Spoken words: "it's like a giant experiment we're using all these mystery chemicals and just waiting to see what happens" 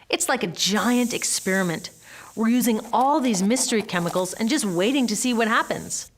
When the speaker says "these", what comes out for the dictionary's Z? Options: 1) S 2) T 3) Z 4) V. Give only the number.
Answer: 3